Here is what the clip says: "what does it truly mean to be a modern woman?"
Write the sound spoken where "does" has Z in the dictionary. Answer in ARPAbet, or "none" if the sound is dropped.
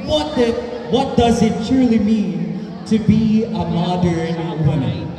Z